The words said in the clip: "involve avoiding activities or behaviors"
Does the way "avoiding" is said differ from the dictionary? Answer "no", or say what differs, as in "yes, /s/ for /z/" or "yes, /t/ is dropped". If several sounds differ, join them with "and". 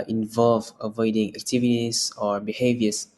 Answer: no